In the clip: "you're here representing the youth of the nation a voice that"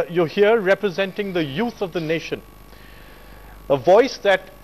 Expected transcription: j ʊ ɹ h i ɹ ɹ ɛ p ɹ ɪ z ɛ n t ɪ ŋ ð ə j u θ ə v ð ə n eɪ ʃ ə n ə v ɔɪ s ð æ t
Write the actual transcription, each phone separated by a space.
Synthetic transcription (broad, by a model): j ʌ h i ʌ ɹ ɛ p ɹ ɪ z ɛ n t ɪ ŋ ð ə j u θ ə v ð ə n eɪ ʃ ə n ə v ɔɪ s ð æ t